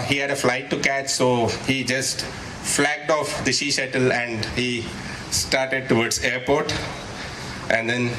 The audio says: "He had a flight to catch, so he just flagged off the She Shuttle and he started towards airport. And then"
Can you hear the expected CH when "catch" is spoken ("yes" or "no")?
yes